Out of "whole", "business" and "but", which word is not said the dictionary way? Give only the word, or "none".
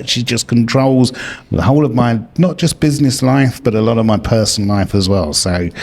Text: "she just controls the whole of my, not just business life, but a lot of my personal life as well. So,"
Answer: none